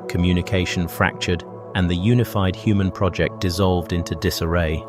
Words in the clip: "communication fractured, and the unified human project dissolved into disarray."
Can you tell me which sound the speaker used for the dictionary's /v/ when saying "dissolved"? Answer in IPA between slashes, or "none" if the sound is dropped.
/v/